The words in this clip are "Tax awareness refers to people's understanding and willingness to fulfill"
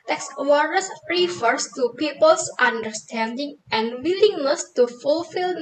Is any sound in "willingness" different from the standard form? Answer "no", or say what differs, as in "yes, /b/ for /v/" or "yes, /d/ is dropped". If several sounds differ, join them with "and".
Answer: yes, /l/ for /n/